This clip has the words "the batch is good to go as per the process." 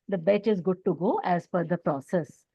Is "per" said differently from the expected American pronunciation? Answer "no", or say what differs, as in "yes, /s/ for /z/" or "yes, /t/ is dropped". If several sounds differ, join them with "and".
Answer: yes, /f/ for /p/